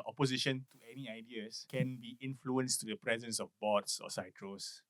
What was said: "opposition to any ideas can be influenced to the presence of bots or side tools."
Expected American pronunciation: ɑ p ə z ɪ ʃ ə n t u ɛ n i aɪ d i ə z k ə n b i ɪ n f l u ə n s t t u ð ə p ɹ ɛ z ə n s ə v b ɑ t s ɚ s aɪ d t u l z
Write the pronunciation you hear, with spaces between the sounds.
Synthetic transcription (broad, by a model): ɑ p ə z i ʃ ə n t u ɛ n i aɪ d i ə s k ə n b i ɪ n f l u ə n s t t u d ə p ɹ ɛ z ə n s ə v b ɑ t s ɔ s aɪ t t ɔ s